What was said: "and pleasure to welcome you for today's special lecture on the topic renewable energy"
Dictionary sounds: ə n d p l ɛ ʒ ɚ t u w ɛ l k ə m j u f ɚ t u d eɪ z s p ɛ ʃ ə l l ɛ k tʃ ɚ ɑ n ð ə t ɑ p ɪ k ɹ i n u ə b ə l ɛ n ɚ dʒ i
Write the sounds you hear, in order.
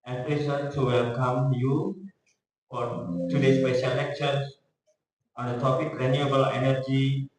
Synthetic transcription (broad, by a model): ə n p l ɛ s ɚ t u w ɛ l k ə m j u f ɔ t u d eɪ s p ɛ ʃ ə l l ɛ k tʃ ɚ ɑ n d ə t ɑ p ɪ k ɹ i n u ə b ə l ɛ n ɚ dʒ i